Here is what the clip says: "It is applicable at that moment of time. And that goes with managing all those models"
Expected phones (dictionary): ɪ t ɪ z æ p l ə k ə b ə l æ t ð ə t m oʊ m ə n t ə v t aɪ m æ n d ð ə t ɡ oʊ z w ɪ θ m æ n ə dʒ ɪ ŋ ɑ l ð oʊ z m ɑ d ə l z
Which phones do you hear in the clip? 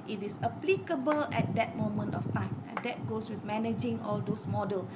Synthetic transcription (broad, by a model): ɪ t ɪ s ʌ p l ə k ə b ə l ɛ t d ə t m oʊ m ə n t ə f t aɪ m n d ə t ɡ oʊ s w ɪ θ m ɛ n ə dʒ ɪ ŋ ɑ l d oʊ s m ɑ d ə l